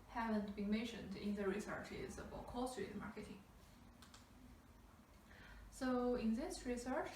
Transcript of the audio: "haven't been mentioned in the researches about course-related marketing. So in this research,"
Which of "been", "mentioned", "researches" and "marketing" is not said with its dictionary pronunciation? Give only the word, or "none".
none